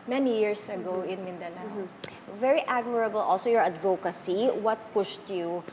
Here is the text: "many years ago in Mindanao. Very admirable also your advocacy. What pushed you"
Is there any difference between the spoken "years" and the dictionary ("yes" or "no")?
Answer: yes